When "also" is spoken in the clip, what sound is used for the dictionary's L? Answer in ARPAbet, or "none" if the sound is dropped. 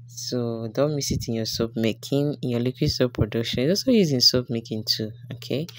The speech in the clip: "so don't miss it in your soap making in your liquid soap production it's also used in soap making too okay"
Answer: none